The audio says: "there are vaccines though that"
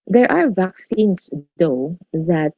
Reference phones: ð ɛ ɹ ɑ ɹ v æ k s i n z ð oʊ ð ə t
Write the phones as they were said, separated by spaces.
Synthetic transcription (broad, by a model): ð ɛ ɹ ɑ ɹ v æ k s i n s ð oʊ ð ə t